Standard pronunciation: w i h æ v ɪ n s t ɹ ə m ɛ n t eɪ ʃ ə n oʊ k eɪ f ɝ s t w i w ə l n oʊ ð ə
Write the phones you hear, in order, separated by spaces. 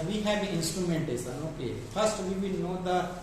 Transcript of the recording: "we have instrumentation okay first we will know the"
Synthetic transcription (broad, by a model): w i h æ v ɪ n s t ɹ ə m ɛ n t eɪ s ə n oʊ k eɪ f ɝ s t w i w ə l n oʊ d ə